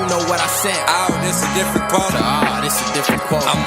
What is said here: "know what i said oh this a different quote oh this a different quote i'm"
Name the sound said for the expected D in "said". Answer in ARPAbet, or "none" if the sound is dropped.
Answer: none